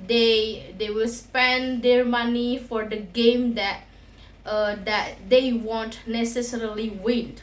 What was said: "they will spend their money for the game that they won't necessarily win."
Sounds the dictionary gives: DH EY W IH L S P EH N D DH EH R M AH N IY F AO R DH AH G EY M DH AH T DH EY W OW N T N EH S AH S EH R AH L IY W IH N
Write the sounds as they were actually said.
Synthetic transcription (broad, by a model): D EY W IH L S P EH N D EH R M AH N IY F AO R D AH G EY M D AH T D EY W OW N T N EH S AH S EH R AH L IY W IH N